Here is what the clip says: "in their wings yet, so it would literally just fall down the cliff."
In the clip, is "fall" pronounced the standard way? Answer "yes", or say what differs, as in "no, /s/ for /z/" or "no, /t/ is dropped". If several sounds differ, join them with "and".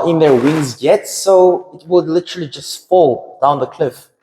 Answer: yes